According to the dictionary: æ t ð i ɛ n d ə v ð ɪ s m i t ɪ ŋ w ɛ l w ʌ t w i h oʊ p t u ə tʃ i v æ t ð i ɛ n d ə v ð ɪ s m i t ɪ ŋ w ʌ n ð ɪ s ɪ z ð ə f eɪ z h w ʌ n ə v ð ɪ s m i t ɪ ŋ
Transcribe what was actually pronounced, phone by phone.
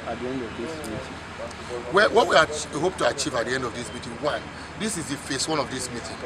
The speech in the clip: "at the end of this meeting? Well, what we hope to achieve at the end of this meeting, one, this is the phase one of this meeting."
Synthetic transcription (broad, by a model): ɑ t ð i ɛ n d ə v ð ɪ s m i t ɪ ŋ w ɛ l w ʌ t w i h oʊ p t u ə tʃ i v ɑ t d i ɛ n d ə v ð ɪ s m i t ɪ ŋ w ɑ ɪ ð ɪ s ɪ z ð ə f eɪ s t w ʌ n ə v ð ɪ s m i t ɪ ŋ